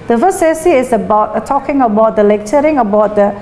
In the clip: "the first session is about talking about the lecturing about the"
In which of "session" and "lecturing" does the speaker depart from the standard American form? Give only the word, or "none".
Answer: session